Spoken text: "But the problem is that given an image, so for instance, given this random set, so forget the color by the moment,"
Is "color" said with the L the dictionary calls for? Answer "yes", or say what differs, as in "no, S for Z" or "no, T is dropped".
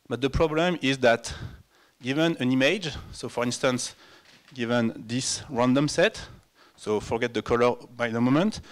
yes